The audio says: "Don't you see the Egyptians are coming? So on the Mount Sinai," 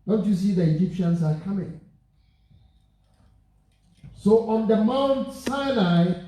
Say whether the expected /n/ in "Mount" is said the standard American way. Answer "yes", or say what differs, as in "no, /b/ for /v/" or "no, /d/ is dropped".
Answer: yes